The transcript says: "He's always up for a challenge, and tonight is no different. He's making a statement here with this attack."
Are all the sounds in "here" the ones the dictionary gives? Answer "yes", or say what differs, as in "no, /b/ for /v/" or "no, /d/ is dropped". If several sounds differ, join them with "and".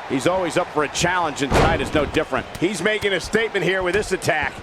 yes